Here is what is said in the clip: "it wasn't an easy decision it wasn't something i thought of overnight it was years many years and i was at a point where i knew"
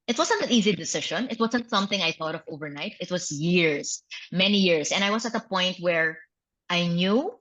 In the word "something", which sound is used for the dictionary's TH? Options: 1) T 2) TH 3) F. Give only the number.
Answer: 2